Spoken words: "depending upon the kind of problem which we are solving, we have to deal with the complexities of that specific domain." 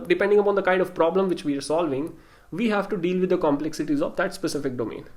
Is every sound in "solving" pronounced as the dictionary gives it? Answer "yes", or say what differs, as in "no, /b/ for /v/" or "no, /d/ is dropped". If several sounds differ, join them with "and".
yes